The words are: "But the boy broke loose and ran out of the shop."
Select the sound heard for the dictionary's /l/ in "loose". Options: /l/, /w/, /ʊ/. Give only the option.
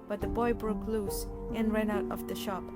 /l/